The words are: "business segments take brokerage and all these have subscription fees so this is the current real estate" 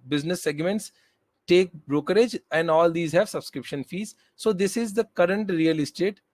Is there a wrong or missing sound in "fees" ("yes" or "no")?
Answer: no